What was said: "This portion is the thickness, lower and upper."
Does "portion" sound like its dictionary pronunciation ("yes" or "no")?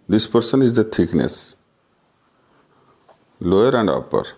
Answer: no